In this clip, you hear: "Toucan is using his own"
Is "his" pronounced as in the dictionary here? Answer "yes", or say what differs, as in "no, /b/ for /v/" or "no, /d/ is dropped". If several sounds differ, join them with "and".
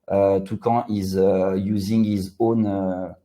yes